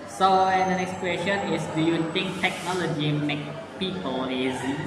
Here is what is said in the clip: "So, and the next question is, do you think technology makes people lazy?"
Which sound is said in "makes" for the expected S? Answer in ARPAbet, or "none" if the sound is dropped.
none